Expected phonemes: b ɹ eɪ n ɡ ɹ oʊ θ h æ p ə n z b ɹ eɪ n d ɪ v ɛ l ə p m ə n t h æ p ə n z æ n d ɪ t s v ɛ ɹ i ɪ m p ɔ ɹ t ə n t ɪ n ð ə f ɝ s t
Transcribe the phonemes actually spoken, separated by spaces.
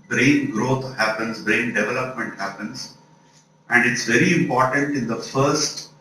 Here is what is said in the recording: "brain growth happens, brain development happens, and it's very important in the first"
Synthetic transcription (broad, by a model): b ɹ eɪ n ɡ ɹ oʊ t h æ p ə n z b ɹ eɪ n d ɪ v ɛ l ə p m ə n t h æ p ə n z æ n d ɪ t s v ɛ ɹ i ɪ m p ɔ ɹ t ə n t ɪ n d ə f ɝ s t